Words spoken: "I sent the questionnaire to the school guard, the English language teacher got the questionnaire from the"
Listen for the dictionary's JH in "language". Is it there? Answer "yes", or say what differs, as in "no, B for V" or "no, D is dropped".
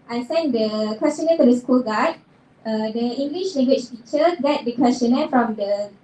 no, CH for JH